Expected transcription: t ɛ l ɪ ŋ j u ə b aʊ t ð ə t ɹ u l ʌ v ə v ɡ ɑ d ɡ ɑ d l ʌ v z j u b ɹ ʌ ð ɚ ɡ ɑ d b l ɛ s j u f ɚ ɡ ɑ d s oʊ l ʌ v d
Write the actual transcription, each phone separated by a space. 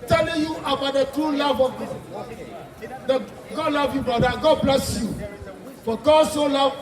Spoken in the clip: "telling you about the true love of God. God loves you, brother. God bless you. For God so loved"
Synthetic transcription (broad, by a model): t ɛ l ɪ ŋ j u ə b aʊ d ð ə t ɹ u l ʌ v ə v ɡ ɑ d ɡ ɑ d l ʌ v j u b ʌ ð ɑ ɡ ɑ d b l ɛ s j u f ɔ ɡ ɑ s oʊ l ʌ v